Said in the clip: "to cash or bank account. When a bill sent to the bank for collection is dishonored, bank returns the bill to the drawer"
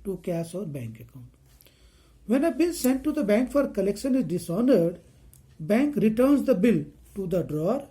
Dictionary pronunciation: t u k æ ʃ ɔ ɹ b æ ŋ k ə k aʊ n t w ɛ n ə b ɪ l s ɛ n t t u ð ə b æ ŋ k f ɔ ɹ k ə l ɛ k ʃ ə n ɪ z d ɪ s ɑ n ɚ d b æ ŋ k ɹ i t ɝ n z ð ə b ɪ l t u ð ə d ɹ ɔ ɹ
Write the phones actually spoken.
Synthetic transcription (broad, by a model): t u k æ s ɔ ɹ b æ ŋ k ə k aʊ n t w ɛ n ə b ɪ n s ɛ n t t u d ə b æ ŋ k f ɔ ɹ k ə l ɛ k ʃ ə n ɪ z d ɪ s ɑ n ɚ d b æ ŋ k ɹ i t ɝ n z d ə b ɪ l t u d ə d ɹ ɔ ɹ